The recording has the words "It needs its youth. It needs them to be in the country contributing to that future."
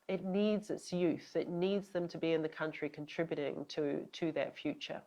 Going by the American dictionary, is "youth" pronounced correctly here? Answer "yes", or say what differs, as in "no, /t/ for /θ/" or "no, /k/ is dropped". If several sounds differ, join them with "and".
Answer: yes